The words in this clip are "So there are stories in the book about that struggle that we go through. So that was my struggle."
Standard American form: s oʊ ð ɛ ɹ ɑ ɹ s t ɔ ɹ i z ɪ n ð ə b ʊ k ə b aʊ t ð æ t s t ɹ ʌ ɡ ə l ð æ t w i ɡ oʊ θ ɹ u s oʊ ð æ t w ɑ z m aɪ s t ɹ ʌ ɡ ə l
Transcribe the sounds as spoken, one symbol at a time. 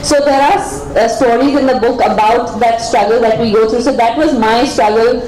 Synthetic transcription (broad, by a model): s oʊ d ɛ ɹ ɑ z s t ɔ ɹ i z ɪ n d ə b ʊ k ə b aʊ t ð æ t s t ɹ ʌ ɡ ə l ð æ t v i ɡ oʊ t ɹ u s oʊ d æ t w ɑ z m aɪ s t ɹ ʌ ɡ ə l